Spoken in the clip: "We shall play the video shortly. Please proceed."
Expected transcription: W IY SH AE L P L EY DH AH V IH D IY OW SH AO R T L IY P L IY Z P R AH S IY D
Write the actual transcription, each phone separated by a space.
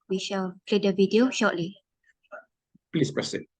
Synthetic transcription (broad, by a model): W IY SH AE L P L EY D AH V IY D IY OW SH AO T L IY P L IY S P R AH S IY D